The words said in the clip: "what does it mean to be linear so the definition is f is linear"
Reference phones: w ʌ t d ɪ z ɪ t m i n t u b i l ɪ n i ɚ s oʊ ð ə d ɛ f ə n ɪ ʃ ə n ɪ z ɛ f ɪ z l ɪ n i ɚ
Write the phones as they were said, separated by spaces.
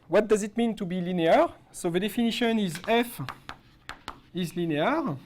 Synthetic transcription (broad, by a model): w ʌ t d ɪ z ɪ t m i n t u b i l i n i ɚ s oʊ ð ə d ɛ f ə n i ʃ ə n ɪ z ɛ f ɪ z l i n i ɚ